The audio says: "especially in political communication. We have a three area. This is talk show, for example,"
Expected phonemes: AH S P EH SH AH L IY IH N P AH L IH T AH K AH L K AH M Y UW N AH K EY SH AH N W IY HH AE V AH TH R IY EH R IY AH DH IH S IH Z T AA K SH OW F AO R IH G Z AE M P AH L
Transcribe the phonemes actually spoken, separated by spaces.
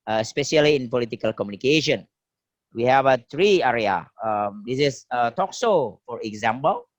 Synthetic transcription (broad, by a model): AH S P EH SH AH L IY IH N P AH L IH T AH K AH L K AH M Y UW N AH K EY SH AH N W IY HH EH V AH T R IY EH R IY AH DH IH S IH S T AA K S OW F AO R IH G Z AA M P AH L